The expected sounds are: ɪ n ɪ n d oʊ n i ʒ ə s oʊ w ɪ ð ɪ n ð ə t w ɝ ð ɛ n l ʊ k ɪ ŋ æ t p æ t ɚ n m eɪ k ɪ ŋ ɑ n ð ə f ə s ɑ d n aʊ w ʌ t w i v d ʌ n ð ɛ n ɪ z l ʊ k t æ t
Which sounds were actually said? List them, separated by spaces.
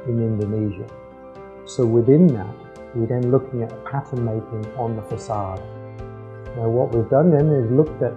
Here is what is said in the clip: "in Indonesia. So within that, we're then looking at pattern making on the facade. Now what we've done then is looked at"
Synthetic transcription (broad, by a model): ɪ n ɪ n d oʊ n i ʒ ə s oʊ w ɪ ð ɪ n ð ə t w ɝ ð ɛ n l ʊ k ɪ ŋ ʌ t p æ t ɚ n m eɪ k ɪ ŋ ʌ n ð ə f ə s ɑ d n aʊ w ʌ t w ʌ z d ʌ n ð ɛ n ɪ z l ʊ k t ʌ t